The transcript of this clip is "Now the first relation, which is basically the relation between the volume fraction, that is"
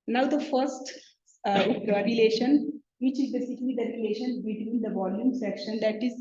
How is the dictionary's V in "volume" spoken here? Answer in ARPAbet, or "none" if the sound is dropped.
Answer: V